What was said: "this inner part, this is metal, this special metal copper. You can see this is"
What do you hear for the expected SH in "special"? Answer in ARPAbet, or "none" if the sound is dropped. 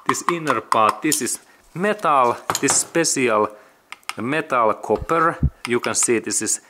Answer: S